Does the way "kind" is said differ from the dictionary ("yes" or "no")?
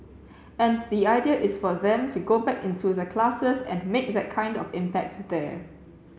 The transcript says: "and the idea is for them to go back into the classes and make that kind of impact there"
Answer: no